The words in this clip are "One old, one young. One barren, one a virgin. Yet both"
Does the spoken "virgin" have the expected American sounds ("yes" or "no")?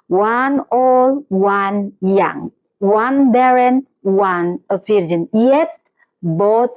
no